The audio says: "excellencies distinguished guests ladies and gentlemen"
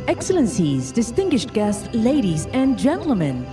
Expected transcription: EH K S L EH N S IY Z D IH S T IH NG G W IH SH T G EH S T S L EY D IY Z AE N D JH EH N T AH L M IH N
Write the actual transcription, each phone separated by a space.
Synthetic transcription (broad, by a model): EH K S L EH N S IY Z D IH S T IH NG G W IH SH T G EH S T S L EY D IY Z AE N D JH EH N T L M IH N